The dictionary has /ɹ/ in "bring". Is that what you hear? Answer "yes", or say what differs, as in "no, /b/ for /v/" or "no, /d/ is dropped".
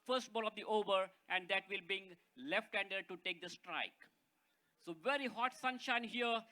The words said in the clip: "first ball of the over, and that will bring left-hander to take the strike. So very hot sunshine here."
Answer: no, /ɹ/ is dropped